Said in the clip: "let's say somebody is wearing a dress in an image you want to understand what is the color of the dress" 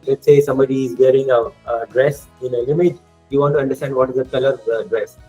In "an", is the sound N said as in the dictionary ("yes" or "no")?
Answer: no